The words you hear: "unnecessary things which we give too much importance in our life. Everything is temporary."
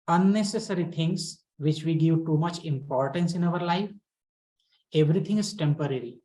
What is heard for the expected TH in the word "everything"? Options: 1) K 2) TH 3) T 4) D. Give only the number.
3